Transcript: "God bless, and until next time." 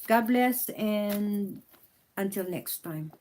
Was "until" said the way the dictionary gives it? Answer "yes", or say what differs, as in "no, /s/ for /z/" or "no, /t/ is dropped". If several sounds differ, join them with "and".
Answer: yes